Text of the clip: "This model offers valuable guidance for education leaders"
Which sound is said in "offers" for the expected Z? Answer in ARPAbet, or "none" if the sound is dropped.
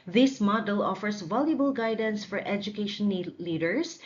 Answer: S